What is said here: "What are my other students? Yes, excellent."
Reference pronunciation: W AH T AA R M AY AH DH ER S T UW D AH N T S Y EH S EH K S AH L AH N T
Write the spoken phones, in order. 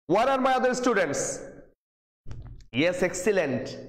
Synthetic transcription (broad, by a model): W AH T AA R M AY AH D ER S T UW D AH N T S Y EH S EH K S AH L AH N T